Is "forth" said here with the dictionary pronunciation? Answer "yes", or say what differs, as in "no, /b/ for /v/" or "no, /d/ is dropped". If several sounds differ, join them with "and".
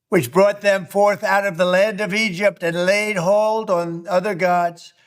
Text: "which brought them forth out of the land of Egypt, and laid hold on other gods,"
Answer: yes